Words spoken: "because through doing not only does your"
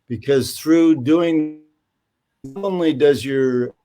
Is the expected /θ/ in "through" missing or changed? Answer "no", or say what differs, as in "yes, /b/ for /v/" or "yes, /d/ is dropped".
no